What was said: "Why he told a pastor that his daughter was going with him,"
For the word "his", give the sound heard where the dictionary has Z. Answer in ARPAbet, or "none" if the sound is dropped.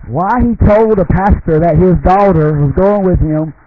Z